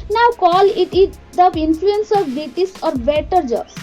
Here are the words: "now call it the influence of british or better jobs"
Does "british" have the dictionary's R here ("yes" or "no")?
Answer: no